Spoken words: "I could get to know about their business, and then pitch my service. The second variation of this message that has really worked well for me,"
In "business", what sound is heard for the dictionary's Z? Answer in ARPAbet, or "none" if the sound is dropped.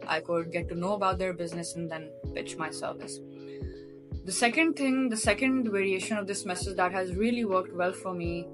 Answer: Z